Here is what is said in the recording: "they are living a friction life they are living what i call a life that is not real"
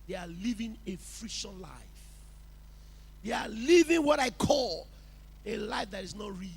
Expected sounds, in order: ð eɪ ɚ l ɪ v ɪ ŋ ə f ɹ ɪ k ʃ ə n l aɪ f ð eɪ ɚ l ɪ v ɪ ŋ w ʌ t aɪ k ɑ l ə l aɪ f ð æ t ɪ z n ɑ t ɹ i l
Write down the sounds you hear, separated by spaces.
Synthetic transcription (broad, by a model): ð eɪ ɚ l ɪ v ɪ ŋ ə f ɹ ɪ ʃ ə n l aɪ f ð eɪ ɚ l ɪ v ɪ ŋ w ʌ t aɪ k ɑ l ə l aɪ f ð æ t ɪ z n ɑ t ɹ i